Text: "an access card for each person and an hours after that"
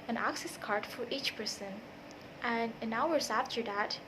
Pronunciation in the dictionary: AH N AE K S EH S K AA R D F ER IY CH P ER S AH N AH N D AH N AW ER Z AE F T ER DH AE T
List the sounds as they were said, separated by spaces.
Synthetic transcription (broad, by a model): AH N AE K S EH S K AA R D F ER IY CH P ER S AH N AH N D AH N AW ER Z AE F T ER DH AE T